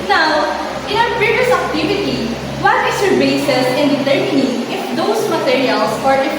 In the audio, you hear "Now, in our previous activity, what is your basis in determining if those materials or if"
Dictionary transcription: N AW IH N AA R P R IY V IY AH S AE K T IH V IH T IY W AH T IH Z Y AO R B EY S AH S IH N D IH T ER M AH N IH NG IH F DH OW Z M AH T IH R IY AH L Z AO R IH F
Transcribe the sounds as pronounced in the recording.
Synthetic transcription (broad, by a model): N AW IH N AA W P IY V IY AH S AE K T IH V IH T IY W AH T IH S Y AO R B EY S AH S IH N D IH T ER M AH N IH NG IH F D OW S M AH T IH R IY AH L S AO R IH